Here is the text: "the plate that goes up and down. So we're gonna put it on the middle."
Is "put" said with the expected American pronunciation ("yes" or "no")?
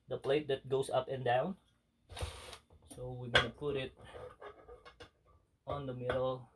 yes